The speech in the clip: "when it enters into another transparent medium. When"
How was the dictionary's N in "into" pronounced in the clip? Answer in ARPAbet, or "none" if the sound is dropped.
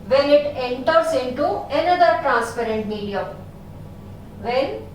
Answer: N